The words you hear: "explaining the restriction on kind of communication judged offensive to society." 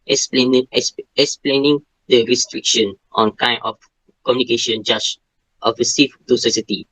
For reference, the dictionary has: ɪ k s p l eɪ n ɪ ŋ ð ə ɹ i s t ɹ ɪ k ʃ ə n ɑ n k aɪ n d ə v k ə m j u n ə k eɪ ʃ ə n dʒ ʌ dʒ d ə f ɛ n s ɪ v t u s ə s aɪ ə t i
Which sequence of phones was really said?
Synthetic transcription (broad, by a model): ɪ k s p l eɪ n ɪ ŋ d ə ɹ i s t ɹ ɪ k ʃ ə n ɑ n k aɪ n ə f k ə m j u n ə k eɪ ʃ ə n dʒ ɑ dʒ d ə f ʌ s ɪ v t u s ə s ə t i